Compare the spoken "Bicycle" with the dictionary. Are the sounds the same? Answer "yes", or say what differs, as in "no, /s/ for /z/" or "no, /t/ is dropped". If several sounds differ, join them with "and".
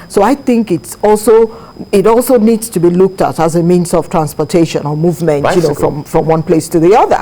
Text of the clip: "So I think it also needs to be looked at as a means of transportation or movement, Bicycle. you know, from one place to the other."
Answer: no, /k/ is dropped